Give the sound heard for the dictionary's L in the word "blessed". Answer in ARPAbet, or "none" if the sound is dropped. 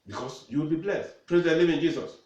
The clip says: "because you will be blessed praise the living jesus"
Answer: L